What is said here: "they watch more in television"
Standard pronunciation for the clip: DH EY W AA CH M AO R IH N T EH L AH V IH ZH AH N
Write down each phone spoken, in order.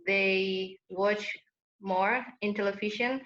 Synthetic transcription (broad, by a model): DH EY W AA CH M AO R IH N T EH L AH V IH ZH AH N